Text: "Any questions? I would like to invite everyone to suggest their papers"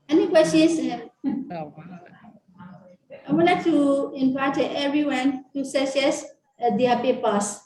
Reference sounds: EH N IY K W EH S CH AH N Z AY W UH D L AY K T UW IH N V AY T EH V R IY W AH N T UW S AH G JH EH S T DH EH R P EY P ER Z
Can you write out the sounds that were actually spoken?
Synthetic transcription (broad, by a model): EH N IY K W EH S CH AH N S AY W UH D L AY K T UW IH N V AY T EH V R IY W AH N T UW S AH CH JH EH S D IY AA P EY P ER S